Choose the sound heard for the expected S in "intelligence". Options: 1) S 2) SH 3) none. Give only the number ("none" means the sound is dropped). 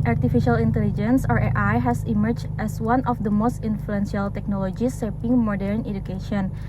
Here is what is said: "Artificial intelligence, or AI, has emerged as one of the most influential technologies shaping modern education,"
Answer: 1